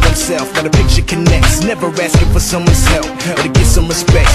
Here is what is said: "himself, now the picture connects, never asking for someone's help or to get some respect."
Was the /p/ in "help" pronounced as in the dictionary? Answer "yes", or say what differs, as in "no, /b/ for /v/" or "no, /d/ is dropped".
no, /f/ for /p/